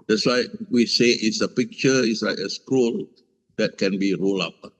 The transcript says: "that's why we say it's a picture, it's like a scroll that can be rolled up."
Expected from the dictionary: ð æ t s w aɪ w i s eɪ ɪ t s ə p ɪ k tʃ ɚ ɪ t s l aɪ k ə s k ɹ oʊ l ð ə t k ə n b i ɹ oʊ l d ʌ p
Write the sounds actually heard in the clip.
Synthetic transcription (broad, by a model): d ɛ t s w aɪ w i s eɪ ɪ t s ə p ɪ k tʃ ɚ ɪ t s l aɪ k ə s k u l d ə t k ə n b i ɹ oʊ l ɑ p